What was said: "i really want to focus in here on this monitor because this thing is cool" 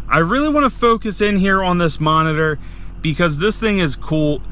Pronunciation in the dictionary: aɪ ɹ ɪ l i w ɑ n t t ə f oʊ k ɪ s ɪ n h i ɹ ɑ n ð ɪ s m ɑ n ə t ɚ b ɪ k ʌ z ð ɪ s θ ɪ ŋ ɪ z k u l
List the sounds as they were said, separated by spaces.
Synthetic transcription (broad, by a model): aɪ ɹ ɪ l i w ɑ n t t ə f oʊ k ɪ s ɪ n h i ɹ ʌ n ð ɪ s m ɑ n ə t ɚ b ɪ k ʌ z ð ɪ s θ ɪ ŋ ɪ z k u l